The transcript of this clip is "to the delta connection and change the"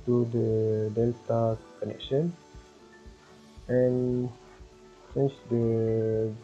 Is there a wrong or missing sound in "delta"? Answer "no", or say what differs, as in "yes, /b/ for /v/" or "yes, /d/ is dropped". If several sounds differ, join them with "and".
no